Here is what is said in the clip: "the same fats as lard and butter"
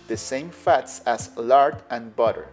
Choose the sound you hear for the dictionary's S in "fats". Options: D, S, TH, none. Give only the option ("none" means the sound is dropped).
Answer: S